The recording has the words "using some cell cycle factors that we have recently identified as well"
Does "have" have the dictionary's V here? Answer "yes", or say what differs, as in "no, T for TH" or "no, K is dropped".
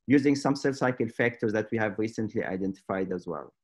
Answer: yes